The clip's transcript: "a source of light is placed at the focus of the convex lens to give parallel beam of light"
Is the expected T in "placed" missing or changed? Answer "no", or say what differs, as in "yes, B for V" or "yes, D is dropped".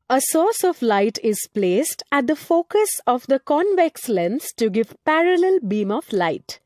no